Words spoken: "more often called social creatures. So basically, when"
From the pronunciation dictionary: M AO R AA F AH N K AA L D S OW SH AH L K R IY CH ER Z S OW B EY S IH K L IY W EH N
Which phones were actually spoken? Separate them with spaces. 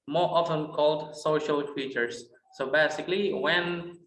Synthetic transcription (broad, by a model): M AO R AA F AH N K AA L D S OW SH AH L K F IY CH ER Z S OW B EY S IH K L IY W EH N